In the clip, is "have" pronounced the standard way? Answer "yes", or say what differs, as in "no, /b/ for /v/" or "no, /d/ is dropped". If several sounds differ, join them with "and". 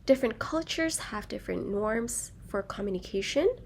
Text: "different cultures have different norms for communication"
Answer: yes